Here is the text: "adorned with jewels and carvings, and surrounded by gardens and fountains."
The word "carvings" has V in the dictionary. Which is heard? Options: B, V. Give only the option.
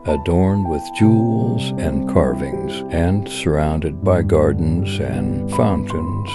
V